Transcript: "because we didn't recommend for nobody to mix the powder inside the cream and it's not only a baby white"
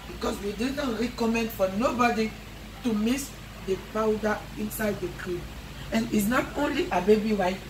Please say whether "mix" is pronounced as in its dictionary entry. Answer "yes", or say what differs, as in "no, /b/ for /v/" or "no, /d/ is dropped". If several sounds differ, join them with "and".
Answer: no, /k/ is dropped